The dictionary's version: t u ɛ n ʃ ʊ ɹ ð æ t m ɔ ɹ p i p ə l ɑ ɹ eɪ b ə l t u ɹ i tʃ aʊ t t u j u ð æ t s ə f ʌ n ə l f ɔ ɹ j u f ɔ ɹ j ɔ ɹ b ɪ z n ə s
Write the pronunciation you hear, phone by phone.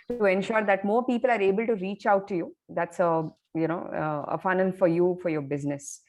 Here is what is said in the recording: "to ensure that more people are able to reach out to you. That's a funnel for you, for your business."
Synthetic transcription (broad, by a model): t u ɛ n ʃ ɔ ɹ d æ t m ɔ ɹ p i p ə l ɑ ɹ eɪ b ə l t u ɹ i tʃ aʊ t t u j u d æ t s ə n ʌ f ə n f ɔ ɹ j u f ɔ ɹ j ɔ ɹ b ɪ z n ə s